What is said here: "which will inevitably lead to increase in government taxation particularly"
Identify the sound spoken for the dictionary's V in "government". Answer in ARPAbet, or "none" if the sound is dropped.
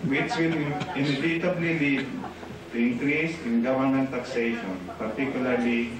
W